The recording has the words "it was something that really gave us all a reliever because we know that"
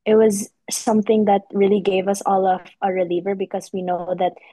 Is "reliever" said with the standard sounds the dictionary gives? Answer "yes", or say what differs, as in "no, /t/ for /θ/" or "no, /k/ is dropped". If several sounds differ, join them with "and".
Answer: yes